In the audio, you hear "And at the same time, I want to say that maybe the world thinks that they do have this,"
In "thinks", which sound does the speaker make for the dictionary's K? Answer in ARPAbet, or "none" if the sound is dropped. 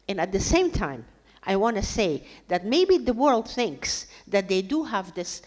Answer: K